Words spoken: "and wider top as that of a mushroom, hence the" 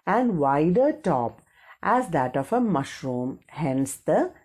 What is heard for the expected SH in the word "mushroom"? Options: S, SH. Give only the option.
SH